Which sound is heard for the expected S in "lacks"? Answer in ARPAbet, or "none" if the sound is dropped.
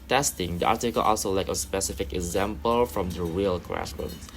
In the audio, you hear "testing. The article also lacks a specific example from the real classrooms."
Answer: none